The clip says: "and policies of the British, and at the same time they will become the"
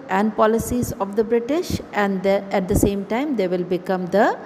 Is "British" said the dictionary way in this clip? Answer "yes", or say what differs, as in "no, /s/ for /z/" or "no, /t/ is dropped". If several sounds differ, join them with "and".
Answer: yes